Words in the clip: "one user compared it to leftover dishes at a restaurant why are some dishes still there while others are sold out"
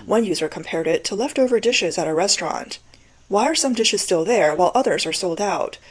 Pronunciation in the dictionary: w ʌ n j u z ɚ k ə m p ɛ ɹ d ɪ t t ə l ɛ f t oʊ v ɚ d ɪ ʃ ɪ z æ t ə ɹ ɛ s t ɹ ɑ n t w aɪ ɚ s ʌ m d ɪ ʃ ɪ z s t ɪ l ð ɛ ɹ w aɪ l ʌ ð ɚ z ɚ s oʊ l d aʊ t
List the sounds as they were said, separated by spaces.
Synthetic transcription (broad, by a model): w ʌ n j u z ɚ k ə m p ɛ ɹ d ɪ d t ə l ɛ f t oʊ v ɚ d ɪ ʃ ɪ z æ t ə ɹ ɛ s t ɹ ɑ n t w aɪ ɚ s ʌ m d ɪ ʃ ɪ z s t ɪ l ð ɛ ɹ w aɪ l ʌ ð ɚ z ɚ s oʊ l d aʊ t